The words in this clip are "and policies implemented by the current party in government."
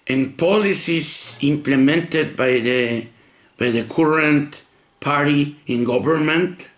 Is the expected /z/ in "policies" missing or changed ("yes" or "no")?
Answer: yes